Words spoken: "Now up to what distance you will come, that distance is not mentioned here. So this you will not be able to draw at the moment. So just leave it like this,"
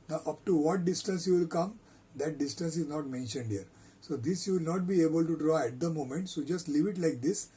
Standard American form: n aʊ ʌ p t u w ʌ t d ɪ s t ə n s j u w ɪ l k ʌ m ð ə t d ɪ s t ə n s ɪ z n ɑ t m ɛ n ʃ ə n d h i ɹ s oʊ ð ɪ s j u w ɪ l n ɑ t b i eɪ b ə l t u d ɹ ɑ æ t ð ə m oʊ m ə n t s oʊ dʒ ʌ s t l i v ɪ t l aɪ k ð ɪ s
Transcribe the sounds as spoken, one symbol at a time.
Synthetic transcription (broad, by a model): n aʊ ʌ p t u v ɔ t d ɪ s t ə n s j u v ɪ l k ʌ m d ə t d ɪ s t ə n s ɪ z n ɑ t m ɛ n ʃ ə n d h i ɹ s oʊ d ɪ s j u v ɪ l n ɑ t b i eɪ b ə l t u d ɹ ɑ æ t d ə m oʊ m ə n t s oʊ dʒ ʌ s t l i v ɪ t l aɪ k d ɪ s